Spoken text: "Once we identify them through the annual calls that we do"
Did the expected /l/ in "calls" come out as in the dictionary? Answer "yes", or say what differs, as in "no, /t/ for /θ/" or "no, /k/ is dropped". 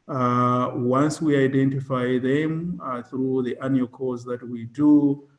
no, /l/ is dropped